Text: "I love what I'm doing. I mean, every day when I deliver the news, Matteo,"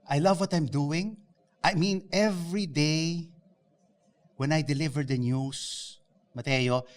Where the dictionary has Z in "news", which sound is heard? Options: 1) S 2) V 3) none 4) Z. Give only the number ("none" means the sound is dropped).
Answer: 1